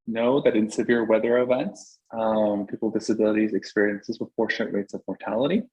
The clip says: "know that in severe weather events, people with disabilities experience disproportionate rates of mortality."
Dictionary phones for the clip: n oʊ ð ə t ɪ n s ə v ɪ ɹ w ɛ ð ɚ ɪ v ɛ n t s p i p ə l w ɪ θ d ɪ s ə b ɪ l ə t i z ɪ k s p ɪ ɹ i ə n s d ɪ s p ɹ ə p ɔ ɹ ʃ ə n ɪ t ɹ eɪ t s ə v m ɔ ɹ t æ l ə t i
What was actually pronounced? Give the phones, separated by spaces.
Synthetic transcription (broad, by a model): n oʊ ð ə t ɪ n s ə v ɪ ɹ w ɛ ð ɚ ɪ v ɛ n t s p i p l d ɪ s ə b ɪ l ə t i z ɪ k s p ɪ ɹ i ə n s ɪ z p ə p ɔ ɹ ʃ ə n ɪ t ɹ eɪ t s ə v m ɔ ɹ t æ l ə t i